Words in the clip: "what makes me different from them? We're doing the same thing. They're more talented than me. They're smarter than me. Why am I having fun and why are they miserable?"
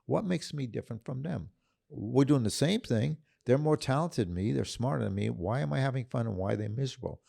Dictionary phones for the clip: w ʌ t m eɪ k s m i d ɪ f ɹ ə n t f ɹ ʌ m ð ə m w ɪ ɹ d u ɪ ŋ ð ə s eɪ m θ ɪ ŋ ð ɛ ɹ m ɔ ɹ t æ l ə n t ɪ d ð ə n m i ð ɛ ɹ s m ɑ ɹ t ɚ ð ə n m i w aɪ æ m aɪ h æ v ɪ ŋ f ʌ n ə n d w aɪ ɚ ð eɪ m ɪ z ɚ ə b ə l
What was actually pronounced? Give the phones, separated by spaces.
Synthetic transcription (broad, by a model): w ʌ t m eɪ k s m i d ɪ f ɹ ə n t f ɹ ʌ m ð ə m w ɪ ɹ d u ɪ ŋ ð ə s eɪ m θ ɪ ŋ ð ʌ ɹ m ɔ ɹ t æ l ə n t ɪ d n m i ð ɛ ɹ s m ɑ ɹ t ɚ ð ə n m i w aɪ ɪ m aɪ h æ v ɪ ŋ f ʌ n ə n w aɪ ð eɪ m ɪ z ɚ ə b l